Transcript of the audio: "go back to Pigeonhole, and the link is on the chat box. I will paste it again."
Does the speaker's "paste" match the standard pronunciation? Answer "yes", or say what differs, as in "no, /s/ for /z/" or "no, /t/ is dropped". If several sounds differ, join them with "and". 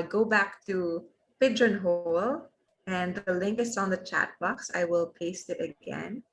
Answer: yes